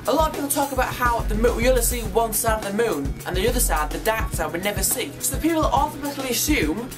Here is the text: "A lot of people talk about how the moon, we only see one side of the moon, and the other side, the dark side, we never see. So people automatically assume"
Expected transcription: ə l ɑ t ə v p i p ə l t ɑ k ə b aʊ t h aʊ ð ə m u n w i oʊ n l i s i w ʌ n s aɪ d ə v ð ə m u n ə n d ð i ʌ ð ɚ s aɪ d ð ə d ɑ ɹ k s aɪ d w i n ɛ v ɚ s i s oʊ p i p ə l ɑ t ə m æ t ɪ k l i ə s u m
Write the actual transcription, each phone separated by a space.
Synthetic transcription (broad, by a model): ə l ɑ t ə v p i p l t ɑ k ə b aʊ t h aʊ ð ə m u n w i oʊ l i s i w ʌ n s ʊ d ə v ð ə m u n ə n ð i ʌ ð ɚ s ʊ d ð ə d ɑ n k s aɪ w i n ɛ v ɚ s i s oʊ p i p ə l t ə m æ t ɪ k l i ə s u m